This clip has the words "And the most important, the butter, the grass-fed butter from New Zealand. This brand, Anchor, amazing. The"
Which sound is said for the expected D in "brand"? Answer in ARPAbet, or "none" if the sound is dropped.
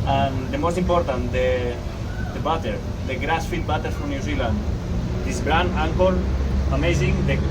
none